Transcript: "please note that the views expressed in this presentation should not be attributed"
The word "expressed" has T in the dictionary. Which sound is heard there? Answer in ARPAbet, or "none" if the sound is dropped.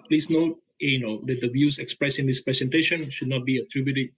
none